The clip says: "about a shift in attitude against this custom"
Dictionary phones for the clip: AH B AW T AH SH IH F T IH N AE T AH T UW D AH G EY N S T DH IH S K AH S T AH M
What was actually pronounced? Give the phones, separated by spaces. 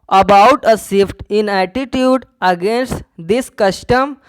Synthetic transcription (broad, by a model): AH B AW T AH S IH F T IH N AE T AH T UW D AH G EY N S T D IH S K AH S T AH M